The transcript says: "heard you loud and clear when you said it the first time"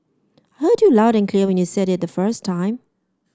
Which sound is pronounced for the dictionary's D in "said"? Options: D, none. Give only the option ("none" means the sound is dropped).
D